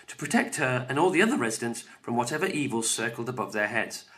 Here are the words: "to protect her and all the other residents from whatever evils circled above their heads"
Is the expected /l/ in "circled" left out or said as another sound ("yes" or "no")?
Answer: no